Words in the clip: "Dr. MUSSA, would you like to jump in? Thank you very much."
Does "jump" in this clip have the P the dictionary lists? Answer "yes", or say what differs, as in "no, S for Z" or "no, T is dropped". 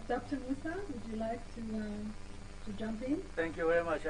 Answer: yes